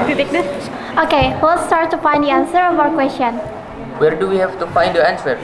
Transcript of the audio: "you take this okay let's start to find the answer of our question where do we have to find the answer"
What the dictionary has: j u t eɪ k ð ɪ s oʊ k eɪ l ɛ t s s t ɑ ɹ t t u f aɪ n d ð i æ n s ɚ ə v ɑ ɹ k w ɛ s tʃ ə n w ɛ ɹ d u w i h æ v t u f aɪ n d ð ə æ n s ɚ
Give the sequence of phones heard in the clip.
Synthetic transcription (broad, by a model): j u t eɪ k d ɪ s oʊ k eɪ w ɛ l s s t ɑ ɹ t t u f aɪ n d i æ n s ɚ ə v ɑ ɹ k w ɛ s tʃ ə n w ɛ ɹ d u w i h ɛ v t u f aɪ n d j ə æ n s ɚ